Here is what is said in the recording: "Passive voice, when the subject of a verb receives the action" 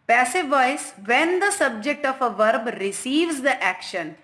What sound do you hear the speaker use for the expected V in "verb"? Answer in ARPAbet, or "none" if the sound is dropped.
V